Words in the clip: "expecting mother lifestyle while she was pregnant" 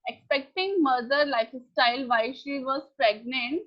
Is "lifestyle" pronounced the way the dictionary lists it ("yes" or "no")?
yes